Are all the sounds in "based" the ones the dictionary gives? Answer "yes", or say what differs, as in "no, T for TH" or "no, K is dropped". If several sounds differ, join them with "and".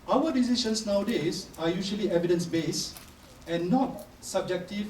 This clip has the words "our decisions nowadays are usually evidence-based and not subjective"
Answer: no, T is dropped